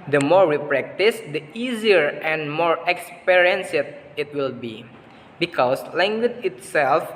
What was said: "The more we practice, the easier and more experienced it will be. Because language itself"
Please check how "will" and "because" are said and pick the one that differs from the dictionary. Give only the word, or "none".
because